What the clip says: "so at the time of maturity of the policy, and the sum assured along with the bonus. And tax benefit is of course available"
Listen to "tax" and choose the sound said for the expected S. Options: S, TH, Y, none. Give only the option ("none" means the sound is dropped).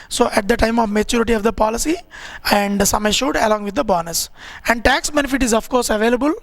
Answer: S